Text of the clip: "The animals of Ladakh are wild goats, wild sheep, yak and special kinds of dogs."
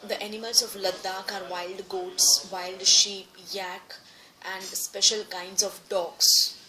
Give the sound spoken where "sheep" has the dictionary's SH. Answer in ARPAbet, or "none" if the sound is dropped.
SH